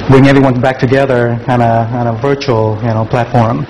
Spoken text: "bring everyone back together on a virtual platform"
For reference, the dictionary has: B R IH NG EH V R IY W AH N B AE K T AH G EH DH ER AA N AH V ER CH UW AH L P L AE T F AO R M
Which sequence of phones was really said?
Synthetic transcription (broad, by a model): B R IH NG EH V R IY W AH N B AE K T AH G EH DH ER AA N AH V ER CH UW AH N P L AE T F AO R M